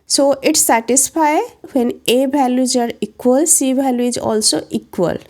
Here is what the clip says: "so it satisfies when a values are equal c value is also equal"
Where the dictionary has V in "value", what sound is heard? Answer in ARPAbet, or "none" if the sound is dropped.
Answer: B